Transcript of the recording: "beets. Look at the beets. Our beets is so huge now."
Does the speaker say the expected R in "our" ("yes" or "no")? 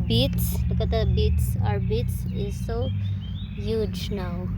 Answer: yes